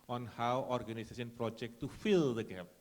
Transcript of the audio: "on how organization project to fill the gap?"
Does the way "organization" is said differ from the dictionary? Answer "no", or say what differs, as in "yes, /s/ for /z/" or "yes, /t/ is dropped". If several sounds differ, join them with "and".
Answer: yes, /s/ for /z/ and /s/ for /ʃ/